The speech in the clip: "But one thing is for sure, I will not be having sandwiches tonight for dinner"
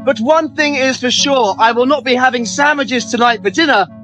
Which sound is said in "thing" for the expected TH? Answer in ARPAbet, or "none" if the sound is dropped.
TH